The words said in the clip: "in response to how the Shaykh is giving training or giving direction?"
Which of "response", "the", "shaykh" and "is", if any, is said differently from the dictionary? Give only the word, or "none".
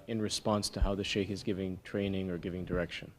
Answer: none